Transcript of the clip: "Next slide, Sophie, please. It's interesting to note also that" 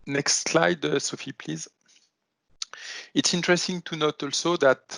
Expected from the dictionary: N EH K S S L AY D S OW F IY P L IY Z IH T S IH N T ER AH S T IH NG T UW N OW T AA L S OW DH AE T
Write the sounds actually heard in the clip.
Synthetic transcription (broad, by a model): N EH K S S L AY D S OW F IY P L IY Z IH T S IH N T ER AH S T IH NG T UW N OW T AA L S OW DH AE T